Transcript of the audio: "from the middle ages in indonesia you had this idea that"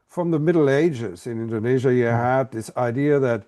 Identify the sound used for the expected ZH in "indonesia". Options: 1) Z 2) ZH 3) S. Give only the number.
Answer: 2